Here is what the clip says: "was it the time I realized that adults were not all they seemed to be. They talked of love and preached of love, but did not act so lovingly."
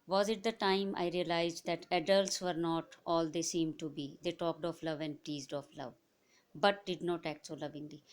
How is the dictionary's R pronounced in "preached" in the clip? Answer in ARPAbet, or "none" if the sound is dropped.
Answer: none